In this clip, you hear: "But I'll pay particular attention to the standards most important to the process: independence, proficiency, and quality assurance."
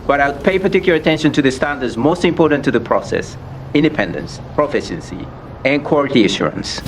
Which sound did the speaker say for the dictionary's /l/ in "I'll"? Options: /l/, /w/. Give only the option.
/w/